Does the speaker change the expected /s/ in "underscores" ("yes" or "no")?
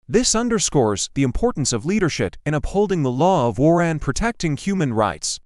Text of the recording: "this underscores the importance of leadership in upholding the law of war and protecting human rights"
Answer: no